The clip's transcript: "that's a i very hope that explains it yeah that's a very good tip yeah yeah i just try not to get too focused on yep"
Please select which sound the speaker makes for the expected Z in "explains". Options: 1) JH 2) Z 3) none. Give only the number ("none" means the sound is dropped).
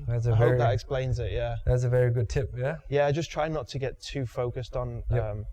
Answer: 2